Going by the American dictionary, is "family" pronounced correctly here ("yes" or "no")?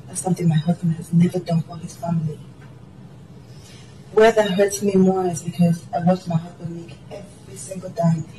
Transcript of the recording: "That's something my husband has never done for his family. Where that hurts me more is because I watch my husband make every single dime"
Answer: yes